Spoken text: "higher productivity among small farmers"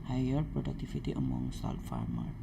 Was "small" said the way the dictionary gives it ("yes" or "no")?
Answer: no